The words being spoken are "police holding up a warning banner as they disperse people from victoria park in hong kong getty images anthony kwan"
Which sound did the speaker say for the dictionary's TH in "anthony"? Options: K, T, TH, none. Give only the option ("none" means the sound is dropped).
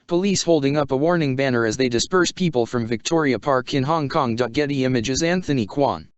TH